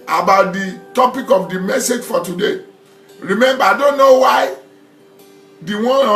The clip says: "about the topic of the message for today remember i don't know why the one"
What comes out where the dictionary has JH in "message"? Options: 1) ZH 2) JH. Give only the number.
2